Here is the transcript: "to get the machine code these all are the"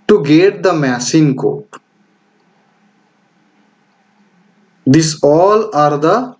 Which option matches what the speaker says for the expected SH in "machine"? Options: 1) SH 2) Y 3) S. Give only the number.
3